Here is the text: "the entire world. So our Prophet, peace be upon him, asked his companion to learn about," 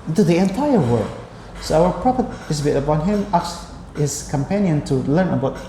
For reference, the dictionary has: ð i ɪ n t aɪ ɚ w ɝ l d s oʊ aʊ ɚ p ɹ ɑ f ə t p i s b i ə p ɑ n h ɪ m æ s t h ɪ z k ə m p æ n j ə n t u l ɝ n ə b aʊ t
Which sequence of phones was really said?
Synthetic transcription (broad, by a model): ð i ɪ n t aɪ ɚ w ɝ d s oʊ aʊ ɚ p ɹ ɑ p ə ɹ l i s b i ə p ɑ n h ɪ m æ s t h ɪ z k ə m p æ n j ə n t u l ɝ n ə b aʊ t